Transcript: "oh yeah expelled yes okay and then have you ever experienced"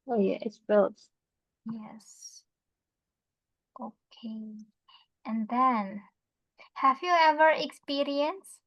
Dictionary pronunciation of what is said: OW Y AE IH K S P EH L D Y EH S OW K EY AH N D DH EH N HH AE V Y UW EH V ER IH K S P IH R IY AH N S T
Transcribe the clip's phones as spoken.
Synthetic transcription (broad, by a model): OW Y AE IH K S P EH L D Y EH S OW K EY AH N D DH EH N HH AE V Y UW EH V ER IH K S P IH R IY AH N S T